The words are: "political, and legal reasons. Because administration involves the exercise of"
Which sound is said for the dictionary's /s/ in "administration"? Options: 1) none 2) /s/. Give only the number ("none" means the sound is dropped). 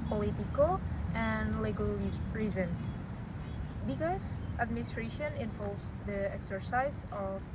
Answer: 2